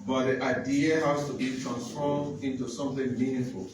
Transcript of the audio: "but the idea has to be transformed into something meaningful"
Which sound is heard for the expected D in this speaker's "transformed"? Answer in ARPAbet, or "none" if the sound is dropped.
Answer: none